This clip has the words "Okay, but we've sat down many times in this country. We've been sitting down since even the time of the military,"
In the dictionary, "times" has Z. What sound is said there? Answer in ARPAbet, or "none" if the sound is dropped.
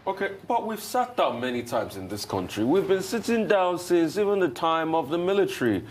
Z